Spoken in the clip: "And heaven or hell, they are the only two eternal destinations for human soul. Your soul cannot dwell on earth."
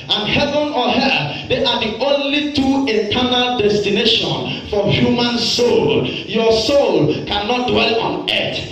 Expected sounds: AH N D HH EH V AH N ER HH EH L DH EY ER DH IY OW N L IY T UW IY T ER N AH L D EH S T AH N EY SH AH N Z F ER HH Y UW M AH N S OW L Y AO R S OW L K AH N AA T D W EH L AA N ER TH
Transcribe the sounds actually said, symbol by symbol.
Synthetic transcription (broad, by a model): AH N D HH EH V AH N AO HH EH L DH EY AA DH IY OW N L IY T UW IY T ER N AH L D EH S T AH N EY SH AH N F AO HH Y UW M AH N S OW L Y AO S OW L K AH N AA T D W EH L AA N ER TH